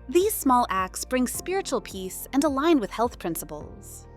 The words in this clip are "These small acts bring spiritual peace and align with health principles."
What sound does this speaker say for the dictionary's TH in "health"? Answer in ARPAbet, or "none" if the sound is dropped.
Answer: TH